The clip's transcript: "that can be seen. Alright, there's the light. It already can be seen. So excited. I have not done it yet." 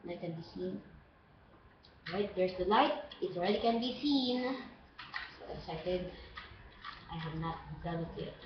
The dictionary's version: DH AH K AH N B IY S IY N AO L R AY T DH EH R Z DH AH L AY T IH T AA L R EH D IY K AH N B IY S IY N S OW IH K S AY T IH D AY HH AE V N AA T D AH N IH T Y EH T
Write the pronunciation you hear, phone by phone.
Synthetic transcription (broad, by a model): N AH K AH N B IY S IY N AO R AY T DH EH R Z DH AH L AY T IH T AA L R EH D IY K AH N B IY S IY N S OW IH S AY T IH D AY HH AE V N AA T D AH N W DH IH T